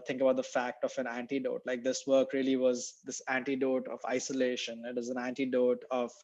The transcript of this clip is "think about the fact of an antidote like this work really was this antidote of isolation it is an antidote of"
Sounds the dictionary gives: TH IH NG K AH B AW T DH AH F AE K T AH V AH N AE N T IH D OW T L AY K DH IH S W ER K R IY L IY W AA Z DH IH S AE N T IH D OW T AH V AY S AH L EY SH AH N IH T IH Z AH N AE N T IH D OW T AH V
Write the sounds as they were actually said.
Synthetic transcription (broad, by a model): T IH NG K AH B AW T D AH F AE K T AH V AH N AE N T IH D OW T L AY K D IH S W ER K R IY L IY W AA Z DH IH S AE N T IH D OW T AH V AY S AH L EY SH AH N IH T IH Z AH N AE N T IH D OW T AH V